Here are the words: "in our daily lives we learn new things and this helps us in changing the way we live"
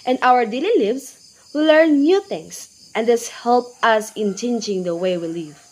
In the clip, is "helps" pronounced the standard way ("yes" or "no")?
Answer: no